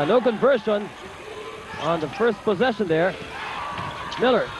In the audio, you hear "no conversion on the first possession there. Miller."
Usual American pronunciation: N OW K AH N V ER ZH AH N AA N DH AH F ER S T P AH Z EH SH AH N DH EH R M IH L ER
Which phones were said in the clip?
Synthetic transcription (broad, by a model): N OW K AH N V ER SH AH N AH N DH AH F ER S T P AH Z EH SH AH N DH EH R M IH L ER